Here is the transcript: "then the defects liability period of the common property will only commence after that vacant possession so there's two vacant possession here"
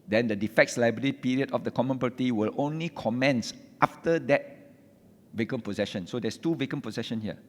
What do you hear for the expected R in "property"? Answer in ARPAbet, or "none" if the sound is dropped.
none